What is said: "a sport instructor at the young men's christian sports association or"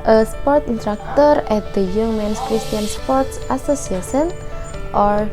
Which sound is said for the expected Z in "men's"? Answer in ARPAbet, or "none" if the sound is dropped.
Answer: S